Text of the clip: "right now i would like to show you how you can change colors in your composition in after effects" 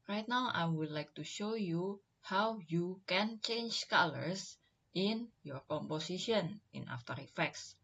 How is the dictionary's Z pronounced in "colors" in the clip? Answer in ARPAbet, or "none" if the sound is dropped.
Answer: S